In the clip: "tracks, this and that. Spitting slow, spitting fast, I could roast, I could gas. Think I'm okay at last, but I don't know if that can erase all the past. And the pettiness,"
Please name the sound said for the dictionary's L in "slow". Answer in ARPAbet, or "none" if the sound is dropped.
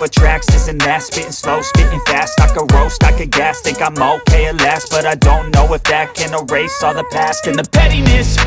L